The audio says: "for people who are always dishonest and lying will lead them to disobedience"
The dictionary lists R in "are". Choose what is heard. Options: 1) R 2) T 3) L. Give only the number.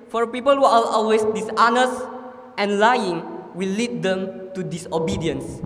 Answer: 3